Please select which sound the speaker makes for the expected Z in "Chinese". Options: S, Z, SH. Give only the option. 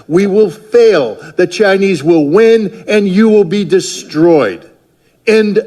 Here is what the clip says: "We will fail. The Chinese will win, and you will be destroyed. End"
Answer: Z